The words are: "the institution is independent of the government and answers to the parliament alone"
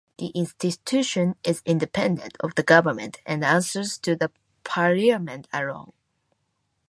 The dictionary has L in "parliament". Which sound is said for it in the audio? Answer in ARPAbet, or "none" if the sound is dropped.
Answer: none